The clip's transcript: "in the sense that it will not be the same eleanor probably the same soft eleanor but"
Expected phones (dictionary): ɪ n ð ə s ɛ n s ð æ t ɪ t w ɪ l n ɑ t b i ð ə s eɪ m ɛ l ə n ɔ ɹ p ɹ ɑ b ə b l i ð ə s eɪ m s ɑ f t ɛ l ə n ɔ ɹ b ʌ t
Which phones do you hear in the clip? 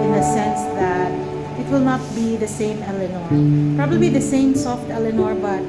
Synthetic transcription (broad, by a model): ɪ n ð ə s ɛ n s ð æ t ɪ t w ɪ l n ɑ t b i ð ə s eɪ m ɛ l ə n ɔ ɹ p ɹ ɑ b ə b l i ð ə s eɪ m s ɑ f t ɛ l ə n ɔ ɹ b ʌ t